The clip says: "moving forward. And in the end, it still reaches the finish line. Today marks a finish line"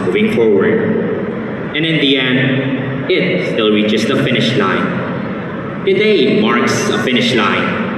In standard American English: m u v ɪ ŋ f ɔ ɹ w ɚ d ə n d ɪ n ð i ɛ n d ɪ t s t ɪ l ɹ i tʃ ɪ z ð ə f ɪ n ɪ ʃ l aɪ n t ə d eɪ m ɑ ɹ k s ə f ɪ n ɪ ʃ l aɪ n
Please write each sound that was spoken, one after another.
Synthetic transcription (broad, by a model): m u v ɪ ŋ f ɔ ɹ w ɚ d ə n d ɪ n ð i ɛ n d ɪ t s t ɪ l ɹ i tʃ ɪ s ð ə f ɪ n ɪ ʃ l aɪ n t ə d eɪ m ɑ ɹ k s ə f ɪ n ɪ ʃ l aɪ n